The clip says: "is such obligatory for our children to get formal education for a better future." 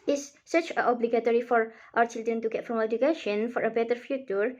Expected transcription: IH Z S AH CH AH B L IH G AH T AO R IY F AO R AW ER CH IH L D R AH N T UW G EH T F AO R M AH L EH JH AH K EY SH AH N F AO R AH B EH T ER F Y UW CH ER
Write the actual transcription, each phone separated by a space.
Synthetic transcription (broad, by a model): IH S S AH CH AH B L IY G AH T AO R IY F AO R AW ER CH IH L D R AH N T UW G EH T F R AH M EH JH AH K EY SH AH N F AO R AH B EH T ER F Y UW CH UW